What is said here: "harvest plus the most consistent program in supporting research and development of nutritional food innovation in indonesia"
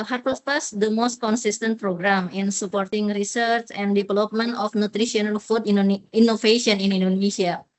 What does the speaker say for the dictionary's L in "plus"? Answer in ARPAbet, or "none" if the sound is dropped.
none